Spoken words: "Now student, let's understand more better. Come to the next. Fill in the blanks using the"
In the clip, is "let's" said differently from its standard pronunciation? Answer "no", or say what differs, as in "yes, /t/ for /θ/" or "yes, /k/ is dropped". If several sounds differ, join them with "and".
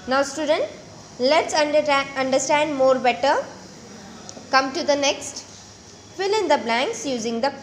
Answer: no